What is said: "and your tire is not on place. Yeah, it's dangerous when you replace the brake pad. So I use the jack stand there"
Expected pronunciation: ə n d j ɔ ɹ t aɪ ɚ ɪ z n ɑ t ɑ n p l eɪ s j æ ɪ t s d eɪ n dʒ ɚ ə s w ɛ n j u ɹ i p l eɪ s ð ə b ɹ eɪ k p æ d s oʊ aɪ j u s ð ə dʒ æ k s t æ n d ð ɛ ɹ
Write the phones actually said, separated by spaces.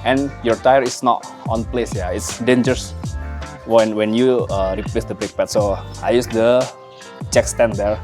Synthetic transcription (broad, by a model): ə n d j ɔ ɹ t aɪ ɚ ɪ s n ɑ t ɑ n p l eɪ s j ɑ ɪ t s d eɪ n dʒ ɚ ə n w ɛ n j u ɹ i p l eɪ s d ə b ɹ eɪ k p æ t s oʊ aɪ j u s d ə tʃ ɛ k s t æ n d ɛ ɹ